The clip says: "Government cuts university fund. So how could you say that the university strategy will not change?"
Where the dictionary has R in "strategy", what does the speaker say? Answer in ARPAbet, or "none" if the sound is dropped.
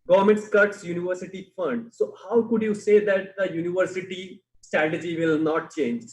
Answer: R